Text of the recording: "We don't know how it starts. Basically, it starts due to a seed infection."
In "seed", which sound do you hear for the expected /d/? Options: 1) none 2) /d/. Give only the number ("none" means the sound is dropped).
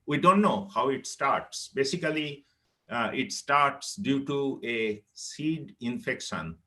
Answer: 2